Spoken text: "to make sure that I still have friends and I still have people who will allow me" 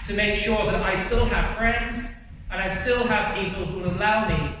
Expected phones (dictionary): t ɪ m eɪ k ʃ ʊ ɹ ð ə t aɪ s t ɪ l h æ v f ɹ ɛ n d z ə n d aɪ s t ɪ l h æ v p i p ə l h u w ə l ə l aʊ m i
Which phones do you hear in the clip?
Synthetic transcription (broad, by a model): t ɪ m eɪ k ʃ ʊ ɹ ð ə t aɪ s t ɪ l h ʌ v f ɹ ɛ n d z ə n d aɪ s t ɪ l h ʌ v p i p ə l h u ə l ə ʊ m i